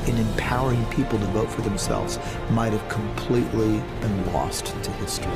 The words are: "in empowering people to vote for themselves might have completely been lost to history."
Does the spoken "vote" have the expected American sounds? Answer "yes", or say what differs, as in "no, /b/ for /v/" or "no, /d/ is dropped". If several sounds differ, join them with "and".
yes